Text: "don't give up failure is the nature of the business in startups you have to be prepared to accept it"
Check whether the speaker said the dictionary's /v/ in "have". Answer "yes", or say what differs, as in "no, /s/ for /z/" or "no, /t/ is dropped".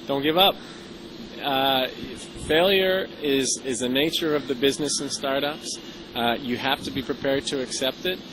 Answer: no, /f/ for /v/